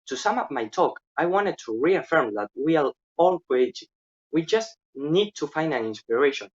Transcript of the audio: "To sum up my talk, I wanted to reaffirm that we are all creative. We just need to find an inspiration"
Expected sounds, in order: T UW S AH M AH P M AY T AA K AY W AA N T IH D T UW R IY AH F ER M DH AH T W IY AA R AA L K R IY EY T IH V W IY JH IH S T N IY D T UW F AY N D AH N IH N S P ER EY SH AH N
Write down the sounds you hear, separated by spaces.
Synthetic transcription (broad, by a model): T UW S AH M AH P M AY T AA K AY W AA N T IH D T UW R IY AH F ER M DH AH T W IY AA L AA L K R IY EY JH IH W IY JH IH S T N IY D T UW F AY N D AH N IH N S P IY EY SH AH N